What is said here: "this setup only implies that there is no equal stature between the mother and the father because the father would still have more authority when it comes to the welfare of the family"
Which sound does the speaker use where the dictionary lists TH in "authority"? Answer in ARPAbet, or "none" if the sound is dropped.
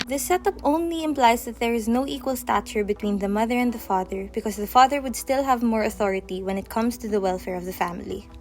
TH